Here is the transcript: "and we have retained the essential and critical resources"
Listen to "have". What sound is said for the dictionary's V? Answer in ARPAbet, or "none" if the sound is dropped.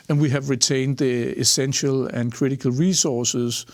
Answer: V